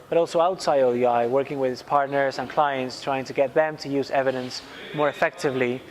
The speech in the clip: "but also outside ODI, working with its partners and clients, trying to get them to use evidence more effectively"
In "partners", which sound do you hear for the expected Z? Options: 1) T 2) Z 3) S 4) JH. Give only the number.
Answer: 2